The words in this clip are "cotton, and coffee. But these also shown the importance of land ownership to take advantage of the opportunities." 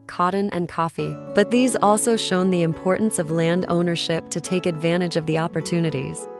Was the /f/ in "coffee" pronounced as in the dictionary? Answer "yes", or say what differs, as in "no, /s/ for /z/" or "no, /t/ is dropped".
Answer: yes